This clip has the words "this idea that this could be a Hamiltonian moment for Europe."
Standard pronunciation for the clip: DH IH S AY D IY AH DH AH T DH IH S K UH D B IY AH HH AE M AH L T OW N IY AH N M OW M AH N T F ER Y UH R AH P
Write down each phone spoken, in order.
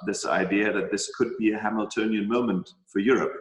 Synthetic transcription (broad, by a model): DH IH S AY D IY AH DH AH T DH IH S K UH D B IY AH HH AE M AH L T OW N IY AH N M OW M AH N T F ER Y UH R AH P